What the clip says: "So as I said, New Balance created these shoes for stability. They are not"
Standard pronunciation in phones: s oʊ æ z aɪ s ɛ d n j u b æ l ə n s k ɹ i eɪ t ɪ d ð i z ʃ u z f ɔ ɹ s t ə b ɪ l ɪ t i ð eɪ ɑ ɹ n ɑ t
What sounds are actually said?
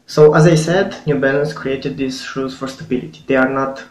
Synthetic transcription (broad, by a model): s oʊ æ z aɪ s ɛ d n j u b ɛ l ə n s k ɹ i eɪ t ɪ d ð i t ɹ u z f ɔ ɹ s t ə b ɪ l ɪ t i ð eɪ ɑ ɹ n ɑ t